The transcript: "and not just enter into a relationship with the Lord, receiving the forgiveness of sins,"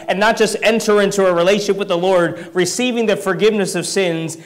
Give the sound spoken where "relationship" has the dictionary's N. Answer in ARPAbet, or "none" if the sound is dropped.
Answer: none